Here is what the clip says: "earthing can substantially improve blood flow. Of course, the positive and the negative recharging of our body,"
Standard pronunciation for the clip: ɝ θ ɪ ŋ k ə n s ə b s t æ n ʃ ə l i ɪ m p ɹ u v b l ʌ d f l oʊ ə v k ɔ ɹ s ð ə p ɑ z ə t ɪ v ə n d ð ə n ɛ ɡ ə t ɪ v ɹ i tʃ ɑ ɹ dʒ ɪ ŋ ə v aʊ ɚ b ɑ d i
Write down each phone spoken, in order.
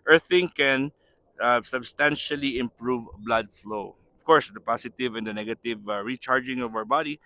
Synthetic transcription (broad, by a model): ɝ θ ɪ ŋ k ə n s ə b s t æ n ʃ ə l i ɪ m p ɹ u v b l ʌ d f l oʊ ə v k ɔ ɹ s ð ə p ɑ s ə t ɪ v ə n d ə n ɛ ɡ ə t ɪ v ɹ i tʃ ɑ ɹ dʒ ɪ ŋ ə v aʊ ɚ b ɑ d i